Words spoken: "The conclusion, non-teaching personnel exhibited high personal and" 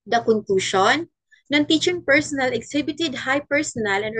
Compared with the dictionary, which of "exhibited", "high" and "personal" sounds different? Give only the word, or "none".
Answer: exhibited